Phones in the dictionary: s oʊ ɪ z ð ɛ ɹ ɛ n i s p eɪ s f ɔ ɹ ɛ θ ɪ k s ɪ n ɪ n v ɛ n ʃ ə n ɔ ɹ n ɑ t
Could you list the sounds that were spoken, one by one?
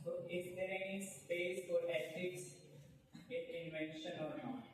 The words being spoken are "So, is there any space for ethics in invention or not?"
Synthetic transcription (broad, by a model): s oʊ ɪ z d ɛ ɹ ɛ n i s p eɪ s f ɔ ɹ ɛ s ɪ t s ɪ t ɪ n v ɛ n ʃ ə n ɔ ɹ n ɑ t